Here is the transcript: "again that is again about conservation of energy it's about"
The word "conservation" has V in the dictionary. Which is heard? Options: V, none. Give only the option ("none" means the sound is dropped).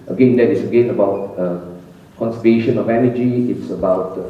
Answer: none